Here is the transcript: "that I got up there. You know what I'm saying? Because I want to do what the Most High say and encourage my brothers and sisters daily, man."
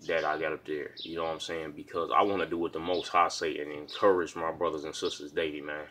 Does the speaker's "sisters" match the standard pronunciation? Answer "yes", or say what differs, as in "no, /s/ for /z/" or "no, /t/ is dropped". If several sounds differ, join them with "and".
yes